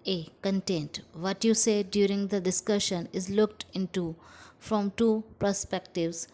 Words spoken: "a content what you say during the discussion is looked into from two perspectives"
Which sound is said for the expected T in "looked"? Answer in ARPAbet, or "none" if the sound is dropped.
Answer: T